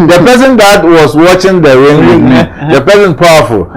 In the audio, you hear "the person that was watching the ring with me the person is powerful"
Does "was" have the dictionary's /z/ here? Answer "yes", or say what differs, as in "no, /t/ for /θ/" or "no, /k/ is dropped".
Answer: no, /s/ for /z/